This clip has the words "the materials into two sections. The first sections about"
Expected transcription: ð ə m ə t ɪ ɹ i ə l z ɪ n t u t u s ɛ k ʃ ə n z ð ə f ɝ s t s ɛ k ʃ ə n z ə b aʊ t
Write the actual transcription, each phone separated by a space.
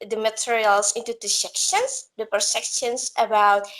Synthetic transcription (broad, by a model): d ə m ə t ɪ ɹ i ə l s ɪ n t u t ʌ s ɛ k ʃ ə n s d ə p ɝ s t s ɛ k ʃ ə n s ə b aʊ t